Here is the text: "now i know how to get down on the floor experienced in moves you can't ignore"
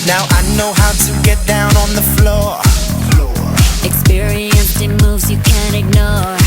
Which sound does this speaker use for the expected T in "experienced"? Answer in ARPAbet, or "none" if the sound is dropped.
none